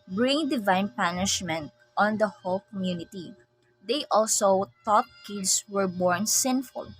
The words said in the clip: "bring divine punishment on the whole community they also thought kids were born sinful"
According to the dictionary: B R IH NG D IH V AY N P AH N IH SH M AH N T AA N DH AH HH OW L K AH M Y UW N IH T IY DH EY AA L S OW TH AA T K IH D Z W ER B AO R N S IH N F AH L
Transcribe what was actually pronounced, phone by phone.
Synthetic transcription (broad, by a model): B R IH NG D IH V AY N P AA N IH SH M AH N T AA N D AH HH OW L K AH M Y UW N IH T IY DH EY AA L S OW T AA T K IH D S W ER B AO R N S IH N F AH L